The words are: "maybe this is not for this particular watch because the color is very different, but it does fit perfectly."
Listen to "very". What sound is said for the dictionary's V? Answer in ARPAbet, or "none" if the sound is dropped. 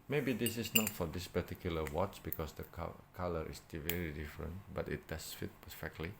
V